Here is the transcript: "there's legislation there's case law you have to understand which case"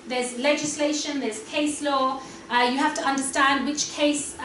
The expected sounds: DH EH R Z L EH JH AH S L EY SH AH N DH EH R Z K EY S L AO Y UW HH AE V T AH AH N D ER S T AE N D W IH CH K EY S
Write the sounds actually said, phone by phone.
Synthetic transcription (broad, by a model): DH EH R Z L EH JH AH S L EY SH AH N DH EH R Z K EY S L AO Y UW HH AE F T AH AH N D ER S T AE N D W IH CH K EY S